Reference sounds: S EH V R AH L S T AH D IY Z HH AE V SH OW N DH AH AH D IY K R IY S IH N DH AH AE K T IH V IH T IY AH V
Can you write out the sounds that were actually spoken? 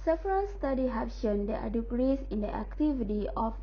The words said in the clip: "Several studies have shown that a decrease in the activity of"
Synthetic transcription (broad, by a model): S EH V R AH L S T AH D IY HH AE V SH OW N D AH AH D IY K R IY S IH N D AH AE K T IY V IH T IY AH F